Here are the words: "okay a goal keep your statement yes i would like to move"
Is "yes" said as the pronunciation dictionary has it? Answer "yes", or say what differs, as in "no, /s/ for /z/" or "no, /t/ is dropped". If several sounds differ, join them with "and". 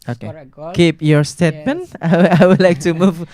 no, /s/ is dropped